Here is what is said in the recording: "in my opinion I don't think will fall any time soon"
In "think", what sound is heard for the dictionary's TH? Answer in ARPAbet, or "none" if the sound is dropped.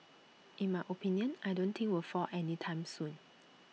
T